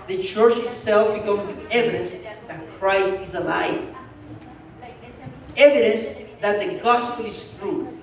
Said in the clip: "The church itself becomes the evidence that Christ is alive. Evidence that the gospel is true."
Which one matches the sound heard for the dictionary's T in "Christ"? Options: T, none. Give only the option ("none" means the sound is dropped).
T